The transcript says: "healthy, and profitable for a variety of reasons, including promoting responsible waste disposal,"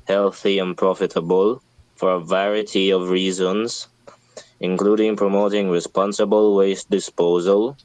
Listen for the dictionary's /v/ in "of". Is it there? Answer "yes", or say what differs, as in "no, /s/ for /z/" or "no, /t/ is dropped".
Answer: yes